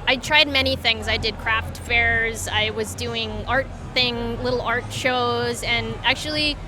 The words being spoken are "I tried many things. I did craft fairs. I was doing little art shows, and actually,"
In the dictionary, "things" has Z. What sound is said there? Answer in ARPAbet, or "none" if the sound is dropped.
Z